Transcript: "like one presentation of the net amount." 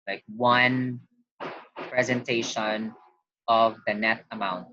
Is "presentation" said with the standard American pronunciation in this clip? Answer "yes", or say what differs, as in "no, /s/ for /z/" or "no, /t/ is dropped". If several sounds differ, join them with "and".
yes